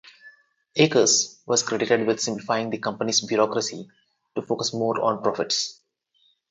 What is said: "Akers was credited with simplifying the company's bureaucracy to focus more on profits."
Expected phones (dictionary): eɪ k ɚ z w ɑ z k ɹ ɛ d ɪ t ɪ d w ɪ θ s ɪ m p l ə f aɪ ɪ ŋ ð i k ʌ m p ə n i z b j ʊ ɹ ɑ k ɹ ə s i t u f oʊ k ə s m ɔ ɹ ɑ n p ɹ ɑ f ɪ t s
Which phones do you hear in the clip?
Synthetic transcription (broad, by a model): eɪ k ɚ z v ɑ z k ɹ ɛ d ɪ t ɪ d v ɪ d s ɪ m p l ə f aɪ ɪ ŋ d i k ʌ m p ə n i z b j ʊ ɹ ɑ k ɹ ə s i t u f oʊ k ə s m ɔ ɹ ɑ n p ɹ ɑ f ɪ t s